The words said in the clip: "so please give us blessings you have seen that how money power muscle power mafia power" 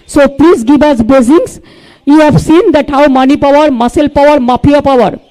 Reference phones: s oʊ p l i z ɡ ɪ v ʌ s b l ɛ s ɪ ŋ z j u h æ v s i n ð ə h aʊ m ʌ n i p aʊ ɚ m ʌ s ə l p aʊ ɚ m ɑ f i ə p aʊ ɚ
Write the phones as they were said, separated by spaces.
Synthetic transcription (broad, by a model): s oʊ p l i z ɡ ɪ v ʌ s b ɛ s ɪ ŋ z j u h æ v s i n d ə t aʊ m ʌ n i p aʊ ɚ m ʌ s ə l p aʊ ɚ m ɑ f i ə p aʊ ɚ